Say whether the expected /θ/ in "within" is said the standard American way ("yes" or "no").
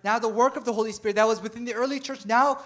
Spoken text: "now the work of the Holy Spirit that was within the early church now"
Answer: yes